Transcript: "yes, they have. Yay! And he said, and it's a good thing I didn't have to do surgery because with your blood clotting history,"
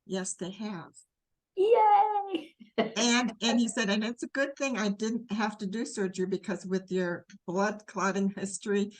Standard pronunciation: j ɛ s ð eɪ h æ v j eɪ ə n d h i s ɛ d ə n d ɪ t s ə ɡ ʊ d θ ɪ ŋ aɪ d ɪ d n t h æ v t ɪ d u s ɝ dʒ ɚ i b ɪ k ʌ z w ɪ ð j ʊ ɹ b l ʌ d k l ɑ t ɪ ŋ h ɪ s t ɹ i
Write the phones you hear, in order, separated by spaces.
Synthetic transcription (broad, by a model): j ɛ s ð eɪ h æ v j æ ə n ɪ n i s ɛ d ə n ɪ t s ə ɡ ʊ d θ ɪ ŋ aɪ d ɪ d n t h æ f t ɪ d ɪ s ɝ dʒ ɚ b ɪ k ʌ z w ɪ ð j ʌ ɹ b l ʌ d k l ɑ t ɪ ŋ h ɪ s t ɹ i